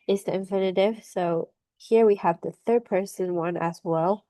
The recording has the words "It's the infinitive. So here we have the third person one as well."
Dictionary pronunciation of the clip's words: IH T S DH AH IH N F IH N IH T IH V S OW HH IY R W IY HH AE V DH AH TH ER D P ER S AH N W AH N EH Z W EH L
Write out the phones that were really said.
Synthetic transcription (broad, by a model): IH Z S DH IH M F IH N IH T IH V S OW HH IY R W IY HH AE V DH AH TH ER D P ER S AH N W AH N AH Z W EH L